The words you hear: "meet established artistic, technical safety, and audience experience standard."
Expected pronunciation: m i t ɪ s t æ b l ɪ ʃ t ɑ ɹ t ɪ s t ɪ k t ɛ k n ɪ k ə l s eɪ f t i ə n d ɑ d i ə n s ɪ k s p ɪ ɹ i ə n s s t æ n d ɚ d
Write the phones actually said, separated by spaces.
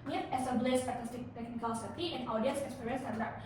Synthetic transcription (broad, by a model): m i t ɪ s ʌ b l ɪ s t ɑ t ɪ s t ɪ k t ɛ k n ɪ k ə l s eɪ t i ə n ɑ d i ə n s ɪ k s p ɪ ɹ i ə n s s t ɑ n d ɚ